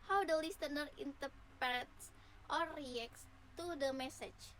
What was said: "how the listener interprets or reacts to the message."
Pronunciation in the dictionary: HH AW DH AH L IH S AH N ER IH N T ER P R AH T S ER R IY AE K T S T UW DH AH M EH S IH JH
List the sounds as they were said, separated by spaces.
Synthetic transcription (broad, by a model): HH AW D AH L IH S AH N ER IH N T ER P AH T S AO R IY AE K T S T UW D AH M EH S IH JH